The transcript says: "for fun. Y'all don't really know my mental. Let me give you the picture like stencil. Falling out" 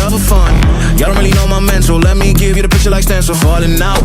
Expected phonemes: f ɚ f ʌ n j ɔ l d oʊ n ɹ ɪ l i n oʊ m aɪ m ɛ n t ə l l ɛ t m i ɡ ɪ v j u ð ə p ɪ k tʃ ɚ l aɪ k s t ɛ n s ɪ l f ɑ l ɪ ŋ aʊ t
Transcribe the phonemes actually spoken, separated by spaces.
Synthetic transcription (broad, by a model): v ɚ f ʌ n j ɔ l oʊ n ɹ ɪ l i n oʊ m aɪ m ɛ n s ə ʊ l ɛ t m i ɡ ɪ v j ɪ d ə p ɪ k tʃ ɚ l aɪ k s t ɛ n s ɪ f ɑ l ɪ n aʊ